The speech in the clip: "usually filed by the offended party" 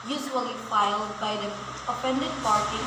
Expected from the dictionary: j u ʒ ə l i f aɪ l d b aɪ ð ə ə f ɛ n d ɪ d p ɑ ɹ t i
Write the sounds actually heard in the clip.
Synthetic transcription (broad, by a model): j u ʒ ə l i f aɪ l d b aɪ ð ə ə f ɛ n d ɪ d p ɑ ɹ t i